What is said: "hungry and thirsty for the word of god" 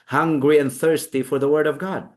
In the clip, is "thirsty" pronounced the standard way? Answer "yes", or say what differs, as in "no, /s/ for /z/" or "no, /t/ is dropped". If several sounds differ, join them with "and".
yes